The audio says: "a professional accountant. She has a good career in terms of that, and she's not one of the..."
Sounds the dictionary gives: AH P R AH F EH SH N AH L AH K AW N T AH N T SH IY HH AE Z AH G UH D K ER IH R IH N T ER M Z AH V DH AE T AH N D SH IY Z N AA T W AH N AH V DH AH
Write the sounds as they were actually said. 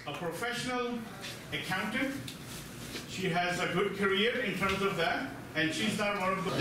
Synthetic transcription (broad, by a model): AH P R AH F EH SH N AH L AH K AW N T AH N SH IY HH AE Z AH G UH D K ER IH R IH N T ER M Z AH V DH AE T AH N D SH IY Z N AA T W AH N AH V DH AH